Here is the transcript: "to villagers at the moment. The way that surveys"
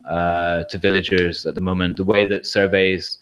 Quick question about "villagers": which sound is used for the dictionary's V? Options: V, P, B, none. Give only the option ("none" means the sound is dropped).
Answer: V